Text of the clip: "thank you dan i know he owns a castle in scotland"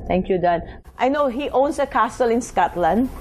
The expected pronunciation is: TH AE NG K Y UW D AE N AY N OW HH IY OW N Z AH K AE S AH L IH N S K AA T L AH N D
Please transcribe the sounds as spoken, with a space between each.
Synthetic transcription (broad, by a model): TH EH NG K Y UW D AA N AY N OW HH IY OW N S AH K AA S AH L IH N S K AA T L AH N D